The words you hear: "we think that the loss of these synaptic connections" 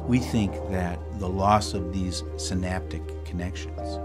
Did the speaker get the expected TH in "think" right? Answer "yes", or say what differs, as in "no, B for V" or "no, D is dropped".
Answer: yes